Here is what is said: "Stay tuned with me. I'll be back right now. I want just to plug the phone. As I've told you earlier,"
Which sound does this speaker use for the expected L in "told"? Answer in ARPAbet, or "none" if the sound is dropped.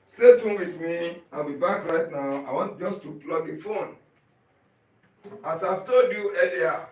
none